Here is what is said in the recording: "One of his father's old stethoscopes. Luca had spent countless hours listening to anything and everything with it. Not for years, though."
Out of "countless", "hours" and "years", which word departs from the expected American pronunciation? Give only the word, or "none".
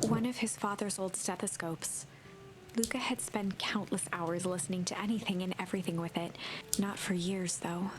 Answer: none